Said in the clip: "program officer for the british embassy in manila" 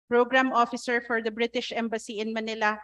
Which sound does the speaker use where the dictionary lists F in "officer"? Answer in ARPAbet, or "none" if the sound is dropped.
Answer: F